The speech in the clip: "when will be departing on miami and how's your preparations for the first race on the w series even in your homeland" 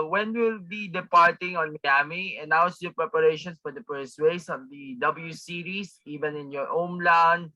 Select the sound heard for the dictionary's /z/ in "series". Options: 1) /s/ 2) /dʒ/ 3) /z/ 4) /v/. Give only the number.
1